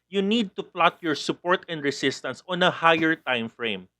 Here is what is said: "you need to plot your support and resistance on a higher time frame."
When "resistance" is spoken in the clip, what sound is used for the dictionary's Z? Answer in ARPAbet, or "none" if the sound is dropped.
S